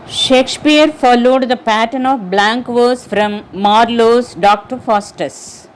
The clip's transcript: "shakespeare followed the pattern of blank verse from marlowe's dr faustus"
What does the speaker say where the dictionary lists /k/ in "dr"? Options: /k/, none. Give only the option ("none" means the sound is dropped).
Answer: /k/